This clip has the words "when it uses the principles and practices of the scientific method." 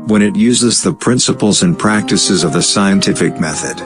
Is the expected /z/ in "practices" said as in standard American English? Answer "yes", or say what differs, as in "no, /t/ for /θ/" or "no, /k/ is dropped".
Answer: yes